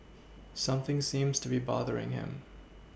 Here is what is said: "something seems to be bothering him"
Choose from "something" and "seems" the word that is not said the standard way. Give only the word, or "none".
none